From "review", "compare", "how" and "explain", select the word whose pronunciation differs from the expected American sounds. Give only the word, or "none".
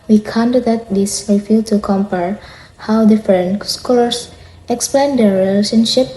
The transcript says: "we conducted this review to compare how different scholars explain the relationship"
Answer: review